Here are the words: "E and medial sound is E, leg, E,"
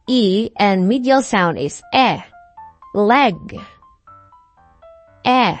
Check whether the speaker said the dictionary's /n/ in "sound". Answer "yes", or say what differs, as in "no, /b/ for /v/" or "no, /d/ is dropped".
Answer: yes